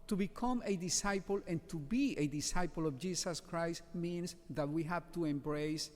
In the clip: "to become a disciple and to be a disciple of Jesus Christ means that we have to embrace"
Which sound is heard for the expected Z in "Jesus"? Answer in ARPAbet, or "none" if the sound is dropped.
S